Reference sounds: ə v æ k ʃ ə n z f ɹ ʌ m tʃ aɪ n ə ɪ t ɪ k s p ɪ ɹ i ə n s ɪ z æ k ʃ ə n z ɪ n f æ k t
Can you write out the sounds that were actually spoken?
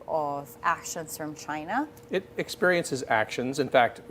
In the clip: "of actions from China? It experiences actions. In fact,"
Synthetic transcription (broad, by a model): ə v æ k ʃ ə n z f ɹ ʌ m tʃ aɪ n ə ɪ t ɪ k s p ɪ ɹ i ə n s ɪ z æ k ʃ ə n z ɪ n f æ k t